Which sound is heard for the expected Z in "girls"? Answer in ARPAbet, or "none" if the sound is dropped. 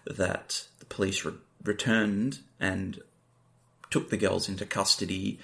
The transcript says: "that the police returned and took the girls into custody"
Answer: Z